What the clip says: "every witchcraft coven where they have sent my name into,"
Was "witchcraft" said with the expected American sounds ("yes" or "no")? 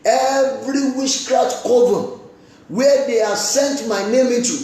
no